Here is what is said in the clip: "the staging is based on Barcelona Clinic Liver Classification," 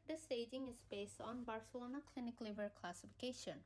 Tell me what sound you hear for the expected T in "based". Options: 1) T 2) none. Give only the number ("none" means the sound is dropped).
1